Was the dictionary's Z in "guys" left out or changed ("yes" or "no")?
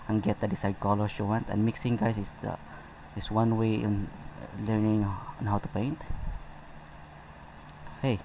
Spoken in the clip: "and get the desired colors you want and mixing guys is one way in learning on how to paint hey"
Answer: yes